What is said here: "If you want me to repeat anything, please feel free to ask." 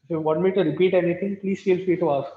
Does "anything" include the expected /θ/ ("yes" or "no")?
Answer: no